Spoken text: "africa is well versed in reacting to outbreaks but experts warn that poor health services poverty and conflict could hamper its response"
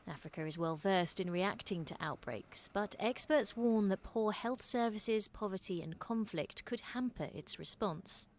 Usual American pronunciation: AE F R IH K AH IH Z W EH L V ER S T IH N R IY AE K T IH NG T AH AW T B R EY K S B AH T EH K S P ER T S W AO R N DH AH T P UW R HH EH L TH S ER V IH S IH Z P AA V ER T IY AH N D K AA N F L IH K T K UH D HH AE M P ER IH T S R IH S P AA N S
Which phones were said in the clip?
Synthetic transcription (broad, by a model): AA F R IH K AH IH Z W EH L V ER S T IH N R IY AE K T IH NG T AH AW T B R EY K S B AH T EH K S P ER T S W AO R N DH AH T P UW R HH EH L TH S ER V IH S IH Z P AA V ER T IY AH N K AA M F L IH K T K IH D HH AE M P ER IH T S R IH S P AA N S